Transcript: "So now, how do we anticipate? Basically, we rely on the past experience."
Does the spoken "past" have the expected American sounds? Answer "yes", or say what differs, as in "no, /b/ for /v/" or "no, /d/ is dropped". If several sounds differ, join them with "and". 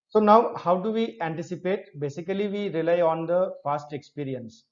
no, /f/ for /p/